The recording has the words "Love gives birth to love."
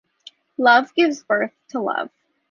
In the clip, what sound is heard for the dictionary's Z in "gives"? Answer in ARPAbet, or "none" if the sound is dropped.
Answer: Z